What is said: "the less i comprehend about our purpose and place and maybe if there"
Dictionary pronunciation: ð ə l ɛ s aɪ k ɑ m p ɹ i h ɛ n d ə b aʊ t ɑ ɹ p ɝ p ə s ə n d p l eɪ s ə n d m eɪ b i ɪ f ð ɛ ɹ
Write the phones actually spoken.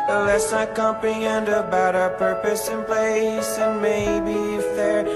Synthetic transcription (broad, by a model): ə l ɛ s aɪ k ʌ m p i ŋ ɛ n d ə b aʊ t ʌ p ɝ p ə s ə n p l eɪ s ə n m eɪ b i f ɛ ɹ